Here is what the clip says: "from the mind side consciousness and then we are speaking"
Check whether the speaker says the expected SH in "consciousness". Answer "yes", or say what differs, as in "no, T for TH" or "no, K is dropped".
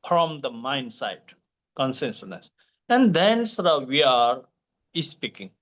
no, S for SH